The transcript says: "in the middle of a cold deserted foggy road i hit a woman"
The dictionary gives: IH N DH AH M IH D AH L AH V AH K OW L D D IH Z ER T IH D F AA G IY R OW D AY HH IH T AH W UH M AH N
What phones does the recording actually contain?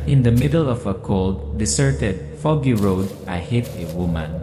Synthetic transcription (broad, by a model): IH N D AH M IH D AH L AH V AH K OW L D D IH S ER T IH D F AA G IY R OW D AY HH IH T AH W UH M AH N